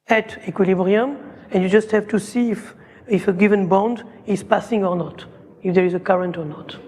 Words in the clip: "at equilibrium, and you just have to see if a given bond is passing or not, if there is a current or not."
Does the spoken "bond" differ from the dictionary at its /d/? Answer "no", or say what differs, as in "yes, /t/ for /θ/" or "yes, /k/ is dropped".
no